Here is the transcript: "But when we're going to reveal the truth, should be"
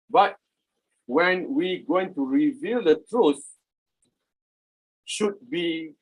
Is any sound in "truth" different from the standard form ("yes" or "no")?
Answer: no